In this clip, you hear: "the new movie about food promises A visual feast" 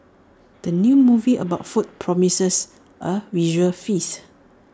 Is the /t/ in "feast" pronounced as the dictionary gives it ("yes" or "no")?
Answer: no